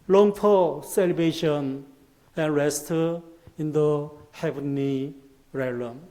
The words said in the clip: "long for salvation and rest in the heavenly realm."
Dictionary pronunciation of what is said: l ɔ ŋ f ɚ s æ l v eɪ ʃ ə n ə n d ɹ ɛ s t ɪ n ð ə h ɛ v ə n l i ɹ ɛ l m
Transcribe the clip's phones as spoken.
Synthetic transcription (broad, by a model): l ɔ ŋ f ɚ s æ l b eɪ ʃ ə n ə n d ɹ ɛ s t ɪ n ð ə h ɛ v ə n i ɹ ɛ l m